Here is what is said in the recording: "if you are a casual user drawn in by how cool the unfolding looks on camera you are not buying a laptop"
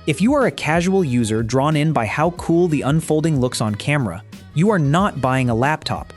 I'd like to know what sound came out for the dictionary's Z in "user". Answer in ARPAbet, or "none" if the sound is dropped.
Z